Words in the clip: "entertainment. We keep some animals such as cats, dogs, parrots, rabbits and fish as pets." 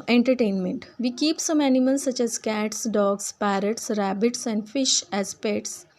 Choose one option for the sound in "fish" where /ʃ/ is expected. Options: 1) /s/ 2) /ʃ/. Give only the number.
2